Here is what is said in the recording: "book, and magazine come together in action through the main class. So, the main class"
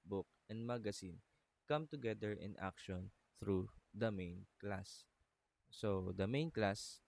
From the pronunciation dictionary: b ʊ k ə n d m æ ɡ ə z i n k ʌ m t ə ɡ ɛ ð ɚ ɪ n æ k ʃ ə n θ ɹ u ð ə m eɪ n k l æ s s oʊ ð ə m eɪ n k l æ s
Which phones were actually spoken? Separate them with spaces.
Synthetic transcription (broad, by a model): b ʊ k ə n d m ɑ ɡ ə s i n k ʌ m t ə ɡ ɛ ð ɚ ɪ n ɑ k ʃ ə n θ ɹ u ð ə m eɪ n k l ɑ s s oʊ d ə m eɪ n k l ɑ s